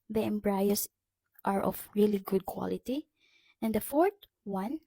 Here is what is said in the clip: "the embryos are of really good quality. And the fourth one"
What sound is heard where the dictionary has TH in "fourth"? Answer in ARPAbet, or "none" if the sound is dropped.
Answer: T